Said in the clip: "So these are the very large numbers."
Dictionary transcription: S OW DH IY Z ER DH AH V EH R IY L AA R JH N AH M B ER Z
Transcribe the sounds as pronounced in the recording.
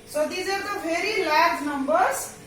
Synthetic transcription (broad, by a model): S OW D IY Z ER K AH P EH R IY L AA R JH N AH M B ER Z